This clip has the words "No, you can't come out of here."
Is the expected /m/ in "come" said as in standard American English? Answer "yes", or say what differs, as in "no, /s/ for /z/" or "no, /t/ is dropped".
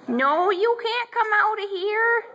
yes